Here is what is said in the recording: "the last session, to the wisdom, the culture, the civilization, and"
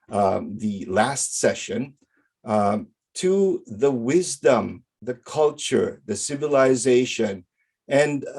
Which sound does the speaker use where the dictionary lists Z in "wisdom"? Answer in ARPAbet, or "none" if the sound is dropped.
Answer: Z